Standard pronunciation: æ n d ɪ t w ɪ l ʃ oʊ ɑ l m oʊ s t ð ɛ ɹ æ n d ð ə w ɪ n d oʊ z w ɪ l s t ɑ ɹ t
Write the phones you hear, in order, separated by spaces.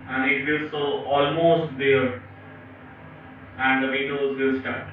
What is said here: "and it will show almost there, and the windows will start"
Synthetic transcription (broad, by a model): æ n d ɪ t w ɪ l s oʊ ɑ l m oʊ s t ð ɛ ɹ æ n d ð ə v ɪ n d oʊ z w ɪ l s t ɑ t